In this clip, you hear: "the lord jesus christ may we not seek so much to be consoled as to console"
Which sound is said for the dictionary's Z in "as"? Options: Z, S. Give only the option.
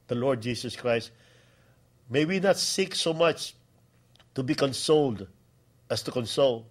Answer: S